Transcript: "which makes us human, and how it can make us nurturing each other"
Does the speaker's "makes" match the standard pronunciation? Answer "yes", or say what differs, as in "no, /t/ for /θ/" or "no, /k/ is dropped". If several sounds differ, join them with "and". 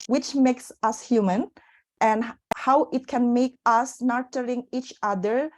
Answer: yes